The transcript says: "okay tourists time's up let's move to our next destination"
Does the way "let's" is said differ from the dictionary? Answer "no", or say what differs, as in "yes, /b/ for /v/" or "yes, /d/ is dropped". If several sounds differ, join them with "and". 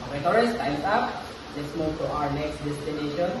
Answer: no